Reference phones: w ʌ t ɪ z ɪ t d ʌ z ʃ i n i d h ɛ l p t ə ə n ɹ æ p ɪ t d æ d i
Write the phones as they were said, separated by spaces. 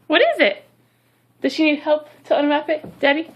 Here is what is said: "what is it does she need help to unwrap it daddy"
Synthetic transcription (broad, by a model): w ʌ t ɪ z ɪ t d ʌ z ʃ i n i d h ɛ l p t ə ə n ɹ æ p ɪ t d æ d i